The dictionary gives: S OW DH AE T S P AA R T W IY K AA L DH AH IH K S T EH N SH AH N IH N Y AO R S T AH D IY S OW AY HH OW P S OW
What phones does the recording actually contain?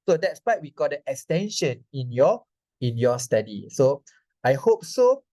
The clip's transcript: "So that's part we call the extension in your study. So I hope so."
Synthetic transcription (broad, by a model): S OW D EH T S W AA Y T W IY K AA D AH IH K S T EH N SH AH N IH N Y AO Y S T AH D IY S OW AY HH OW P S OW